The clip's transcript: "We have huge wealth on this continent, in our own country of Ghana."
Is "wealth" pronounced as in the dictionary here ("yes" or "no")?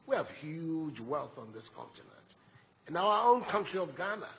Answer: yes